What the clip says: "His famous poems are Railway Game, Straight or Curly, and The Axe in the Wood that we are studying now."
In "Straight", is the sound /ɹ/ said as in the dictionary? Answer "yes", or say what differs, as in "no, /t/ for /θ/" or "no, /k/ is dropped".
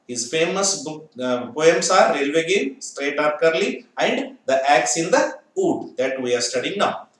yes